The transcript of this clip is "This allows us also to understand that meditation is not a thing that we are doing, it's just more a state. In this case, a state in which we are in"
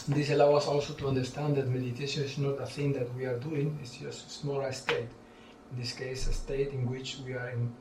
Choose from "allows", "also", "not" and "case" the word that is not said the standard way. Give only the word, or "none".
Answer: allows